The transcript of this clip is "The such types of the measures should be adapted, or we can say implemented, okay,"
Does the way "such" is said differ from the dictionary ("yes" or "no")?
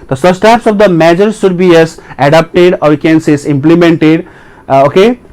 yes